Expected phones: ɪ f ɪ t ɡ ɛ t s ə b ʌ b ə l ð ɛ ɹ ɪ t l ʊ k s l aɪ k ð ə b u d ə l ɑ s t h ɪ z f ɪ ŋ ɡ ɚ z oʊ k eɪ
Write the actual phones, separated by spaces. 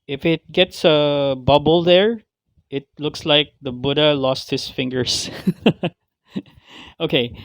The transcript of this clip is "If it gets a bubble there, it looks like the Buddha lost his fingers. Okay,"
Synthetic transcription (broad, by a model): ɪ f ɪ t ɡ ɛ t s ə b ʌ b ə l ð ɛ ɹ ɪ t l ʊ k s l aɪ k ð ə b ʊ d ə l ɑ s t h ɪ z f ɪ ŋ ɡ ɚ s oʊ k eɪ